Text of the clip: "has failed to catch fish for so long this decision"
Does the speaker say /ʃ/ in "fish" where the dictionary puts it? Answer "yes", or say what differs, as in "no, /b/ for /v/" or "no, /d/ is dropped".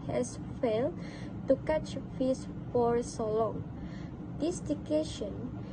no, /s/ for /ʃ/